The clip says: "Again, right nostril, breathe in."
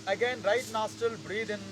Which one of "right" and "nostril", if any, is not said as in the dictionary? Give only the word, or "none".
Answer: nostril